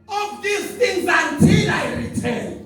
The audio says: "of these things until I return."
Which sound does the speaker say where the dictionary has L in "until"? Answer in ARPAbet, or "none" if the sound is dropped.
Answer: N